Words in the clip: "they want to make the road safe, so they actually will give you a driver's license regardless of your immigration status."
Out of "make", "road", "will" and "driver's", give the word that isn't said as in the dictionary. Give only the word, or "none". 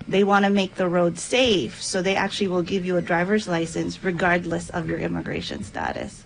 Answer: none